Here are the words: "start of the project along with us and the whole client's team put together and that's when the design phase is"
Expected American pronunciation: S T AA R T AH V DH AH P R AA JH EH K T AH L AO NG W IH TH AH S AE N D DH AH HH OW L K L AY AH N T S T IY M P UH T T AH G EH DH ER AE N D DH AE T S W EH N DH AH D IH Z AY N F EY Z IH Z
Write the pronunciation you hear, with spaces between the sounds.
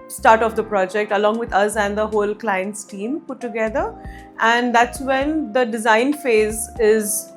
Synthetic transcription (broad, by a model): S T AA R T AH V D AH P R AA JH EH K T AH L AO NG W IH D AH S AE N D AH HH OW L K L AY AH N T S T IY M P UH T T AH G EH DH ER AE N D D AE T S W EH N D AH D IH Z AY N F EY Z IH Z